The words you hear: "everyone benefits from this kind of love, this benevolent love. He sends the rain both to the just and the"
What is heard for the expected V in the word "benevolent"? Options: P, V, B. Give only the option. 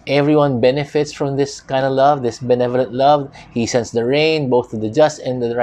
V